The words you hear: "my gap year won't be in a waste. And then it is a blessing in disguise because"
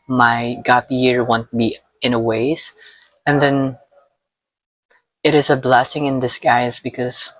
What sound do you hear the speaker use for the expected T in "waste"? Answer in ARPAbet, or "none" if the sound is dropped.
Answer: none